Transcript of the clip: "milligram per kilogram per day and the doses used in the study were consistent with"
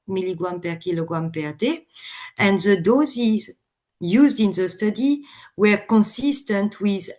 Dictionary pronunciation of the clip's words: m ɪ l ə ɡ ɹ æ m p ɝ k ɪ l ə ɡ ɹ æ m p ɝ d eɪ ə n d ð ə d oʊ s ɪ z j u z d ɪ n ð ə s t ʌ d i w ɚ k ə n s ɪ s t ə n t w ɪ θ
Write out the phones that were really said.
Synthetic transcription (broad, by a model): m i l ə ɡ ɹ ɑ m p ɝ k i l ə ɡ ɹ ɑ m p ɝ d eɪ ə n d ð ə d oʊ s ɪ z j u z d ɪ n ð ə s t ʌ d i w ɚ k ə n s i s t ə n t w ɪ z